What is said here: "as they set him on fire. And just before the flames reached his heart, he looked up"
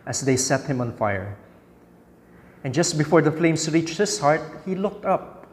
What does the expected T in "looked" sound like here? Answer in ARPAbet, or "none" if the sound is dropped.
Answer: T